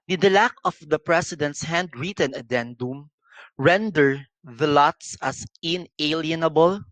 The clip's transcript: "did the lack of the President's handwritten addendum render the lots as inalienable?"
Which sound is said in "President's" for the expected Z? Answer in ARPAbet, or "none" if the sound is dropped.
S